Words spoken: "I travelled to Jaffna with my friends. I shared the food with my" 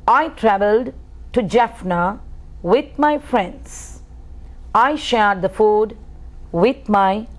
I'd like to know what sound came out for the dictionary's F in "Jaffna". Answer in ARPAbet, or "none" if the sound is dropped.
F